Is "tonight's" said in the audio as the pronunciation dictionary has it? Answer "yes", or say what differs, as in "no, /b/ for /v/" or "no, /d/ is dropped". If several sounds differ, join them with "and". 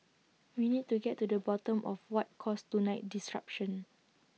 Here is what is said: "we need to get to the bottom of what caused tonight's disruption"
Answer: no, /s/ is dropped